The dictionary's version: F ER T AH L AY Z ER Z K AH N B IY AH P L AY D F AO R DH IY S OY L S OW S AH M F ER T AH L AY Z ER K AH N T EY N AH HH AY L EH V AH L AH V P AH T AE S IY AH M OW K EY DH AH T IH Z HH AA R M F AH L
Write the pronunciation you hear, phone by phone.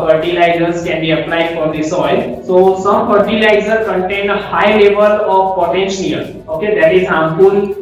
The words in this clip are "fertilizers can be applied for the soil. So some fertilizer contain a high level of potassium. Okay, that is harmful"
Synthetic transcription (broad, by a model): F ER T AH L AY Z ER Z K AH N B IY AH P L AY D F AO R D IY S OY L S OW S AH M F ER T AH L AY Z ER K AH N T EY N AH HH AY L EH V AH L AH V P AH T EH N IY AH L OW K EY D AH T IH Z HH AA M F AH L